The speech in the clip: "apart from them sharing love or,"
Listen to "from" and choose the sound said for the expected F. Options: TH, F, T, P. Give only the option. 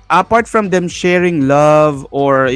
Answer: F